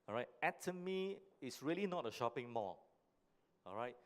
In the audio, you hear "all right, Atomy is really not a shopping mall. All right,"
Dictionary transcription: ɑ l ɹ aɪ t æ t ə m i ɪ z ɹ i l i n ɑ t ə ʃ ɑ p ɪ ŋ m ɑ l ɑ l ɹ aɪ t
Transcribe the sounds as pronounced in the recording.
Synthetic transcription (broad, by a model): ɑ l ɹ aɪ t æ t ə m i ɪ s ɹ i l i n ɑ t ə ʃ ɑ p ɪ ŋ m ɑ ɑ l ɹ aɪ t